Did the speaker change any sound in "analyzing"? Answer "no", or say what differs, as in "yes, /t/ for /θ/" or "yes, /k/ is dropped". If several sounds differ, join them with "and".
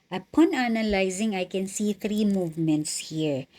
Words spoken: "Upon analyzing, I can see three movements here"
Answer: no